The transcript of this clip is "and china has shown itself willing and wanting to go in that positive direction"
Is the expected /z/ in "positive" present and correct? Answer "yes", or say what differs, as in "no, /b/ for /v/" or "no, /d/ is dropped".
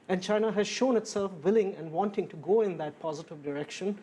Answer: yes